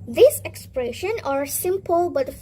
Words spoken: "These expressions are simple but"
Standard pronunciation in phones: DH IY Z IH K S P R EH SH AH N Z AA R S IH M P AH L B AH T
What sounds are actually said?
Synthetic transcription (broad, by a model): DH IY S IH K S P R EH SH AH N AA R S IH M P AH L B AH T